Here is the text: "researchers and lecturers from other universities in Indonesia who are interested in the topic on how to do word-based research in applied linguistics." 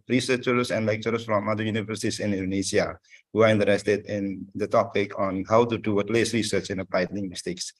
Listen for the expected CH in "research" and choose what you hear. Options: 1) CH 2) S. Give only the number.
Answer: 1